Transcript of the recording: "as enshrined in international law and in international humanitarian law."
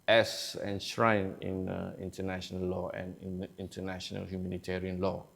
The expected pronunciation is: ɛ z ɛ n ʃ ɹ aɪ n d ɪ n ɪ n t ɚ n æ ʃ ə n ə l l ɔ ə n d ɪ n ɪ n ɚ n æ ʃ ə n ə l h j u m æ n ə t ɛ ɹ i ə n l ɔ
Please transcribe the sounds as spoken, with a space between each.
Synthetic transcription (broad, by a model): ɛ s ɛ n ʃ ɹ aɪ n ɪ n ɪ n t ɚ n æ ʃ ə n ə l l ɔ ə n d ɪ n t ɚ n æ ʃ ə n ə l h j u m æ n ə t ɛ ɹ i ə n l ɔ